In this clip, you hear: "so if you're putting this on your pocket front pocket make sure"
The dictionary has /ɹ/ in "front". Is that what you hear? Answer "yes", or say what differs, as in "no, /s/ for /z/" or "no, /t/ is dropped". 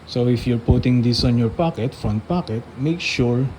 no, /ɹ/ is dropped